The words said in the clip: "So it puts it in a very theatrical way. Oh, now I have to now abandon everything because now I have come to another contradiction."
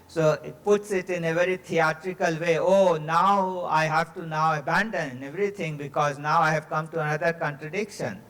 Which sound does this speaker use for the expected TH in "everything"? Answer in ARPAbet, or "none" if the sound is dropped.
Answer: T